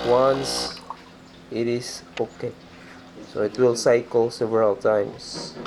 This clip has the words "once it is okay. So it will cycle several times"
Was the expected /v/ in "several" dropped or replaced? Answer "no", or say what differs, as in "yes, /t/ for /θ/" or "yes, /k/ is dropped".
no